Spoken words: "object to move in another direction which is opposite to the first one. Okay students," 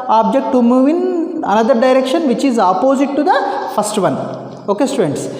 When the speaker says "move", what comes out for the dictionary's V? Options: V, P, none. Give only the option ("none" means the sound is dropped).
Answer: V